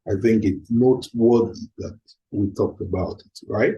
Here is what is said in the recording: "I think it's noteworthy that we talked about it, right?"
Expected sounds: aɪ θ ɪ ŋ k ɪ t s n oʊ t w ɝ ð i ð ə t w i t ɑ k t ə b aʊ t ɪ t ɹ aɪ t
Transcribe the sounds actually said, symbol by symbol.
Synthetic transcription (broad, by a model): aɪ θ ɪ ŋ k ɪ t s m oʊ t w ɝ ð i ð ə t w i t ɑ k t ə b aʊ t ɪ t ɹ aɪ t